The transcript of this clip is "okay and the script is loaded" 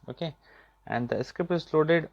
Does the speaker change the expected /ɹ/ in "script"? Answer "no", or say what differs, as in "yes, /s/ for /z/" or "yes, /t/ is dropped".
yes, /ɹ/ is dropped